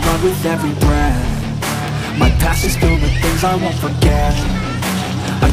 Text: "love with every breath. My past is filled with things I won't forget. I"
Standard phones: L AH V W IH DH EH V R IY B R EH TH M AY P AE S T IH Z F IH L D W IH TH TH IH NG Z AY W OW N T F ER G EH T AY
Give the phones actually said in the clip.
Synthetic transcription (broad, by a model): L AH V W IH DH EH V R IY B R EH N M AY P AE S IH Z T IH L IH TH TH IH NG Z AY W OW N T F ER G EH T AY